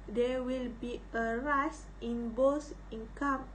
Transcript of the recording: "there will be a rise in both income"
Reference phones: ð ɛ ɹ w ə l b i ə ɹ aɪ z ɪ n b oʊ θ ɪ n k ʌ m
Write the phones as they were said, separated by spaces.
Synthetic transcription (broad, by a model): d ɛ w ə l b i ə ɹ aɪ s ɪ n b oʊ s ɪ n k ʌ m